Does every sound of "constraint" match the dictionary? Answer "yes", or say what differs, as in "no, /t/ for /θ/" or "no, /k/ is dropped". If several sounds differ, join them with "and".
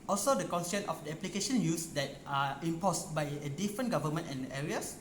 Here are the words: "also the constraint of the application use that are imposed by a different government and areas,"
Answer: no, /ɹ/ is dropped